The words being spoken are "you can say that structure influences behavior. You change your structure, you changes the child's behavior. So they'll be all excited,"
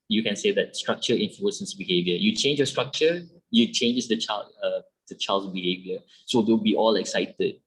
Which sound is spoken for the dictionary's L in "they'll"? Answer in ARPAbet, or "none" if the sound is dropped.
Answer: W